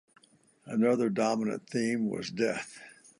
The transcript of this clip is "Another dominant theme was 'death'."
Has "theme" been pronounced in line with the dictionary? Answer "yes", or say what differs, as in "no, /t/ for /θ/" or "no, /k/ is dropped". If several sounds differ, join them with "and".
yes